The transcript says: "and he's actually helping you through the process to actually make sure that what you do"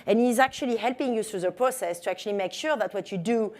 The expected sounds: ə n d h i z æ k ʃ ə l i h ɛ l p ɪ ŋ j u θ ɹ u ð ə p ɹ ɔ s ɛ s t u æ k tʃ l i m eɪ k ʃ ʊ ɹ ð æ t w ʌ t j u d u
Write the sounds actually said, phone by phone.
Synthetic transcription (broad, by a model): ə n h i z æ k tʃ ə l i h ɛ l p ɪ ŋ j u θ ɹ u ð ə p ɹ ɔ s ɛ s t u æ k tʃ l i m eɪ k ʃ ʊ ɹ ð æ t w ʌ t j u d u